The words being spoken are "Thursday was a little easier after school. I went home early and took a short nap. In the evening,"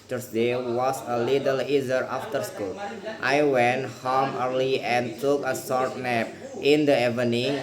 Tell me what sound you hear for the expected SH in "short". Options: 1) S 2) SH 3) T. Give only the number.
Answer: 1